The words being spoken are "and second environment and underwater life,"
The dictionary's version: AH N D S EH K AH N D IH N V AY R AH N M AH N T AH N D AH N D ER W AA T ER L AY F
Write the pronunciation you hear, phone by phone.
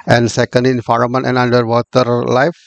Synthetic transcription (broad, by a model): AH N D S EH K AH N D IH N F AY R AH M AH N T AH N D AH N D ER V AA T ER L AY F